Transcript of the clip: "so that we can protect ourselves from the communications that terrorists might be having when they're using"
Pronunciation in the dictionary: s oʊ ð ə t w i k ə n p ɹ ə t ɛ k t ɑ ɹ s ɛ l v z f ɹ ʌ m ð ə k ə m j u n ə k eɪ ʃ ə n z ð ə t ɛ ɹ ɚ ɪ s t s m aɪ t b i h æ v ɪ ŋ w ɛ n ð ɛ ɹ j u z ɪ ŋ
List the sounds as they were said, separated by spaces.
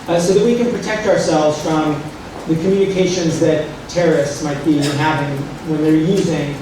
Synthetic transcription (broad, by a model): s oʊ ð ə t w i k ə n p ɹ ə t ɛ k t ɑ ɹ s ɛ l v z f ɹ ʌ m ð ə k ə m j u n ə k eɪ ʃ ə n z ð ə t ɛ ɹ ɚ ɪ s t s m aɪ t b i h æ v ɪ ŋ w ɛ n ð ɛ ɹ j u z ɪ ŋ